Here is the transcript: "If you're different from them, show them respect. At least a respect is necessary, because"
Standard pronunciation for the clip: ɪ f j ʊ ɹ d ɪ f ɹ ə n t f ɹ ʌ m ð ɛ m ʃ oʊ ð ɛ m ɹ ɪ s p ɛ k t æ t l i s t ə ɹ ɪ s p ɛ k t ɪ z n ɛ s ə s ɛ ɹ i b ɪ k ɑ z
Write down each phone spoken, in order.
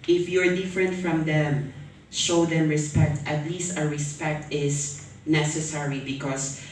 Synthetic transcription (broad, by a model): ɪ f j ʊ ɹ d ɪ f ɹ ə n t f ɹ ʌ m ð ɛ m ʃ oʊ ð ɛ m ɹ ɪ s p ɛ k t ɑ t l i s t ə ɹ ɪ s p ɛ k t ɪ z n ɛ s ə s ɛ ɹ i b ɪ k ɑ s